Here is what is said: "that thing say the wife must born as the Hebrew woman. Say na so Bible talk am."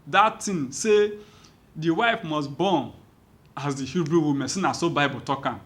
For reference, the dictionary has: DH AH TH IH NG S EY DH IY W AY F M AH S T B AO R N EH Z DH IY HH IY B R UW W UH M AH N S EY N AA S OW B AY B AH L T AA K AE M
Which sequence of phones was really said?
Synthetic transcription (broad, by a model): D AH T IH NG S EY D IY W AY F M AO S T B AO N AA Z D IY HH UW B R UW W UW M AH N S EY N AA S OW B AY B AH T AA K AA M